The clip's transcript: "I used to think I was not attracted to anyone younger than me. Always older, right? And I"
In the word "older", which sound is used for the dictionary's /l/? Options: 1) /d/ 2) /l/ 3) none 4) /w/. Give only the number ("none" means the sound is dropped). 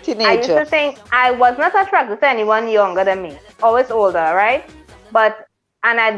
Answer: 2